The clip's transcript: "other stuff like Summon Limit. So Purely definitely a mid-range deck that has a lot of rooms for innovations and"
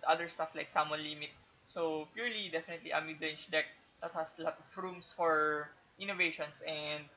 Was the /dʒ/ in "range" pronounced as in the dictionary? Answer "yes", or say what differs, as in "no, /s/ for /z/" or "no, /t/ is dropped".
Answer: no, /tʃ/ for /dʒ/